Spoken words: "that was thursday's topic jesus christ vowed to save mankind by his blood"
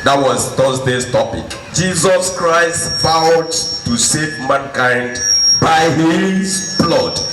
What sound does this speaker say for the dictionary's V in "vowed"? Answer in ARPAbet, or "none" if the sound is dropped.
F